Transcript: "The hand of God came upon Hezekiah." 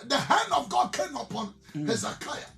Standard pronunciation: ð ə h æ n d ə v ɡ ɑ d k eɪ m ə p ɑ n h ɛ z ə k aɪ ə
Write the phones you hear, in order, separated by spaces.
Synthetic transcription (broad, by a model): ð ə h æ n d ə v ɡ ɑ d k eɪ m ə p ɑ n h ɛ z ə k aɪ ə